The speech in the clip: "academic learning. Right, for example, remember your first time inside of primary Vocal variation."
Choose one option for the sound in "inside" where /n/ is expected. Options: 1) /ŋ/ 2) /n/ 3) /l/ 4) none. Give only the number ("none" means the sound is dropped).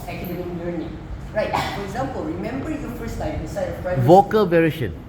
4